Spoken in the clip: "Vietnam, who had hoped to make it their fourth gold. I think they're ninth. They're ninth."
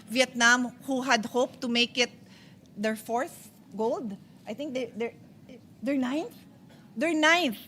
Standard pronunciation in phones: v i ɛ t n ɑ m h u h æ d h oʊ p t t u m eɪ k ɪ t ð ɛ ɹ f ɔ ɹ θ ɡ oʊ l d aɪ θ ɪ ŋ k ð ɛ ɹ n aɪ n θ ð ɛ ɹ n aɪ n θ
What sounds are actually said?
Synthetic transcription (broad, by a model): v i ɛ t n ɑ m h u h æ d h oʊ p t t u m eɪ k ɪ t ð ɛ ɹ f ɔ ɹ s ɡ oʊ l d aɪ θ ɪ ŋ k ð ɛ ɹ n aɪ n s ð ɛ ɹ n aɪ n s